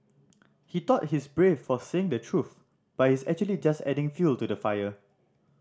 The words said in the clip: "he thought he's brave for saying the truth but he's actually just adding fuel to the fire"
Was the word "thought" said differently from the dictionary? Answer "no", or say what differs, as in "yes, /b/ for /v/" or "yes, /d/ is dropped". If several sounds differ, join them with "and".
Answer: yes, /t/ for /θ/